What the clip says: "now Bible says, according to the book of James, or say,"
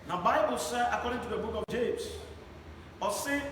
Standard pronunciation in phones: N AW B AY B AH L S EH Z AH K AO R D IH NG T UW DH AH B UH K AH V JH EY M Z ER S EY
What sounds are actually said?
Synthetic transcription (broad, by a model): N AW B AY B AH L S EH AH K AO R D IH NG T UW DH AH B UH K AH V JH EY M S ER S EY